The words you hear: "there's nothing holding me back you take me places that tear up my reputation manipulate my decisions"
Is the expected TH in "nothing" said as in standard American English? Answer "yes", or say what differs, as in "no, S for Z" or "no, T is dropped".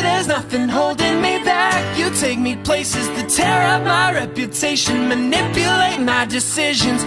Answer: yes